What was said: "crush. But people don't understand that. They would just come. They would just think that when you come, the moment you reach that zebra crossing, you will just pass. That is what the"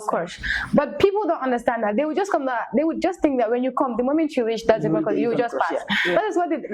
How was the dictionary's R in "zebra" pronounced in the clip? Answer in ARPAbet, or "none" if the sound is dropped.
none